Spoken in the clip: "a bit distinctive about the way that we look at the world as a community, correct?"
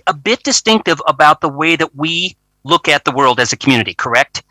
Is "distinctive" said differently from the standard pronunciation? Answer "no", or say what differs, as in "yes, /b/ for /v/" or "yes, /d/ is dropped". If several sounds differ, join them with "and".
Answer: no